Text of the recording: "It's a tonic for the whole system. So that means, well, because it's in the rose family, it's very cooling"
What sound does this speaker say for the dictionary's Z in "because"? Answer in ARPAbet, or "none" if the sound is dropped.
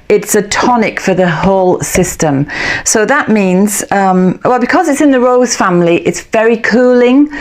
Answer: Z